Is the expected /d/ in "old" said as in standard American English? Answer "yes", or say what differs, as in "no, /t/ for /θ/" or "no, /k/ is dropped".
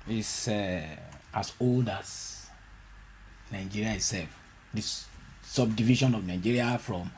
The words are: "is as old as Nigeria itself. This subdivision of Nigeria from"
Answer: yes